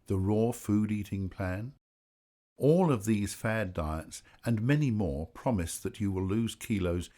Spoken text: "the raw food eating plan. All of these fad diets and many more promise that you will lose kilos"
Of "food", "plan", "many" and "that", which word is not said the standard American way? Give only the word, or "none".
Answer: none